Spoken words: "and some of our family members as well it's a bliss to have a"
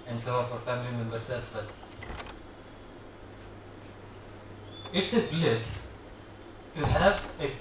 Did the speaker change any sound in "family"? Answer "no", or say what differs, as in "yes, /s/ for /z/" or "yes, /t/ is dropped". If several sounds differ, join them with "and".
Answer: no